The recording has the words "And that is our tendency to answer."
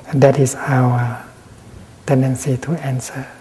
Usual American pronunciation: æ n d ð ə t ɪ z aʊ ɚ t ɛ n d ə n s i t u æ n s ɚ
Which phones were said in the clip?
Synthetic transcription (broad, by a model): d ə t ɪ s aʊ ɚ t ɛ n d ə n s i t u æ n s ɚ